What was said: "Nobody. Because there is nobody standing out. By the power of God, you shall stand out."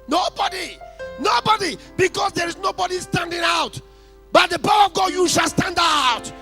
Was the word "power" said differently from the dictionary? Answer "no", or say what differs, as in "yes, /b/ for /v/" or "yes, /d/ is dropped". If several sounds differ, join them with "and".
yes, /b/ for /p/